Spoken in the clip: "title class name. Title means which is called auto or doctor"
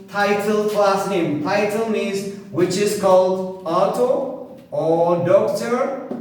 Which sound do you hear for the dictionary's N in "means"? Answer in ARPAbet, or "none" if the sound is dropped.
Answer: none